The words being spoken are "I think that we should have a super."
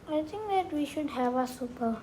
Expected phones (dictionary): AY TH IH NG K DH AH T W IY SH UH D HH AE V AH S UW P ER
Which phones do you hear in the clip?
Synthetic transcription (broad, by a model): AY T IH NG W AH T W IY SH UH D HH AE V AH S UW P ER